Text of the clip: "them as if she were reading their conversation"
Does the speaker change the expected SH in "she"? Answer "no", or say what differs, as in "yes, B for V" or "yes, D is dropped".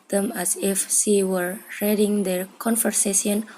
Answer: yes, S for SH